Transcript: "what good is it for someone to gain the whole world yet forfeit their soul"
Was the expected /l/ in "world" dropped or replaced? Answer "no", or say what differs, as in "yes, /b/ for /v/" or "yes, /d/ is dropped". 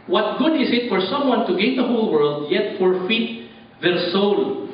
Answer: no